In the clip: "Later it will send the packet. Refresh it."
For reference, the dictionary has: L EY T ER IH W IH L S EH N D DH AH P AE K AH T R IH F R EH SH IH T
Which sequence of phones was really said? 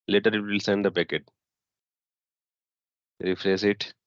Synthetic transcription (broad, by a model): L EY T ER IH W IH L S EH N D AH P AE K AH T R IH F R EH S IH T